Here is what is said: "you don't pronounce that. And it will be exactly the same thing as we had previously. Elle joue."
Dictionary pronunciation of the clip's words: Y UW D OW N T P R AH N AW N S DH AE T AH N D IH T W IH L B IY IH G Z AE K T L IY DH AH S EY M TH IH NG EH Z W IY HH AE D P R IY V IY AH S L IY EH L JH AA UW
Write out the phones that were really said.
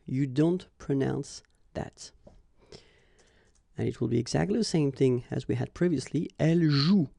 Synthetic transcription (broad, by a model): Y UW D OW N T P R AH N AW N S DH AE T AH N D IH T W IH L B IY IH G Z AE K T L IY DH AH S EY M TH IH NG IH Z W IY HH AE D P R IY V IY AH S L IY EH L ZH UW